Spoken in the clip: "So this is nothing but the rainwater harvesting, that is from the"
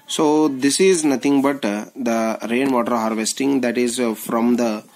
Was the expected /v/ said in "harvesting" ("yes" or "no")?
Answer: yes